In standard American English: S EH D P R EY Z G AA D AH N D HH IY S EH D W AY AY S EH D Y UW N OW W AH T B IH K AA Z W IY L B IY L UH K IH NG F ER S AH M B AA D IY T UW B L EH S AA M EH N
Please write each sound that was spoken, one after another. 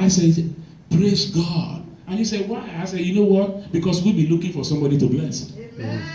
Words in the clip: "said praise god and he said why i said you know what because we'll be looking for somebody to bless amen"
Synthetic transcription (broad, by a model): S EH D P R EY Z G AA D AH N HH IY S EH D W AY AY S EH D Y UW N OW W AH T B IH K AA S W IY L B IY L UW K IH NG F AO S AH M B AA D IY T UW B L EH S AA